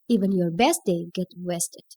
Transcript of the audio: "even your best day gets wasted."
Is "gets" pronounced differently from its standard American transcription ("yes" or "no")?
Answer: yes